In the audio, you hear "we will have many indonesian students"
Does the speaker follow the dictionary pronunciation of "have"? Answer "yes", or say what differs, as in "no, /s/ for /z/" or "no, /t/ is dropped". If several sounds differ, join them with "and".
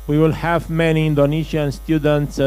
yes